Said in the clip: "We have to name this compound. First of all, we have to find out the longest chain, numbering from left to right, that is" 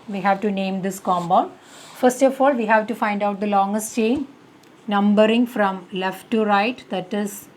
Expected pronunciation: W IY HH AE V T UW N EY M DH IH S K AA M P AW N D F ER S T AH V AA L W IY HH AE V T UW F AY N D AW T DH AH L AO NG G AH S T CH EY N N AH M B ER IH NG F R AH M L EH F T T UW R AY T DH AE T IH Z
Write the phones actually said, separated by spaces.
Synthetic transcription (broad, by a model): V IY HH AE V T UW N EY M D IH S K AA M B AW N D F ER S T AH F AA L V IY HH AE V T UW F AY N D AW T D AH L AO NG G AH S T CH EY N N AH M B ER IH NG F R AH M L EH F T T UW R AY T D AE T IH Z